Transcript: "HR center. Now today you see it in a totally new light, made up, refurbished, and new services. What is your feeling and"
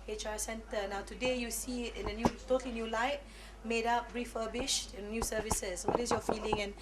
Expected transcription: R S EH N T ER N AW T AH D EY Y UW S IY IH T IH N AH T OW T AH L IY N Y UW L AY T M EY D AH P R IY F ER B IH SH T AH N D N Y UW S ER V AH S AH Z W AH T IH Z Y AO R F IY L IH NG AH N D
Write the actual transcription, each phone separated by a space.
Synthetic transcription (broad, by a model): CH S EH N T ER N AW T AH D EY Y UW S IY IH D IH N AH T OW T AH L IY N Y UW L AY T M EY D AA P R IY F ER B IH SH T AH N N Y UW S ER V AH S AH S W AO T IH S Y AO F IY L IH NG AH N